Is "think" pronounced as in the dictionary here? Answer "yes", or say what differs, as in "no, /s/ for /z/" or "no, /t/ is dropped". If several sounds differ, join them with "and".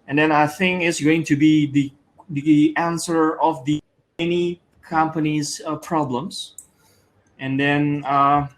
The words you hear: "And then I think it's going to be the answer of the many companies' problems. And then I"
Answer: yes